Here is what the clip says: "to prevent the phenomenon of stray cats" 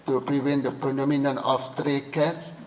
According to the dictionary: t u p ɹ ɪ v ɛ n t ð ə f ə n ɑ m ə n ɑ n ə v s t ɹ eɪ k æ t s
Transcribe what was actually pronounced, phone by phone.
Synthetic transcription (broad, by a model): t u p ɹ ɪ v ɛ n t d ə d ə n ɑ m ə n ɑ n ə f s t ɹ eɪ k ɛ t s